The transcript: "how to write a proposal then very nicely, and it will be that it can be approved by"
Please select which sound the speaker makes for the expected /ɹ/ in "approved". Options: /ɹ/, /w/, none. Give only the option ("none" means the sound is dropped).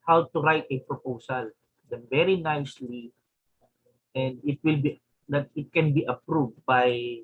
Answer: /ɹ/